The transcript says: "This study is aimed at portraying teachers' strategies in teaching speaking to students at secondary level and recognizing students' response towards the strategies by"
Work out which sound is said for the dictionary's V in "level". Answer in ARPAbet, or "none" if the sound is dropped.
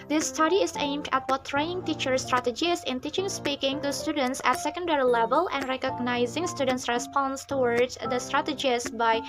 V